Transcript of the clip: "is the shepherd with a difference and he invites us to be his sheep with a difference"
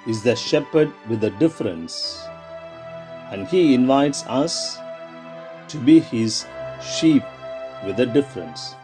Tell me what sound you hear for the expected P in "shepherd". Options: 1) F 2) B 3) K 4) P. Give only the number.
4